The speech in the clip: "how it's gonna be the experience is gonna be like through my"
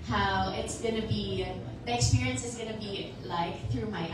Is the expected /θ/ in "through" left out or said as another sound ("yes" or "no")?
no